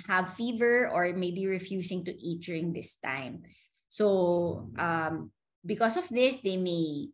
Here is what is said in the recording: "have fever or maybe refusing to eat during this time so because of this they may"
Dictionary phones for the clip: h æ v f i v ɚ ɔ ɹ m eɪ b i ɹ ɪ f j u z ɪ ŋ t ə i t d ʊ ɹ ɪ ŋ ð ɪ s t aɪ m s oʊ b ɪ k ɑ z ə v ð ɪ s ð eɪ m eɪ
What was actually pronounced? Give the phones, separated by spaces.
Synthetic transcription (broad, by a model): h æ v f i v ɚ ɔ ɹ m eɪ b i ɹ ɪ f j u s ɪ ŋ t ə i t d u ɹ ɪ ŋ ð ɪ s t aɪ m s oʊ b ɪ k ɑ s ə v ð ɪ s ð eɪ m eɪ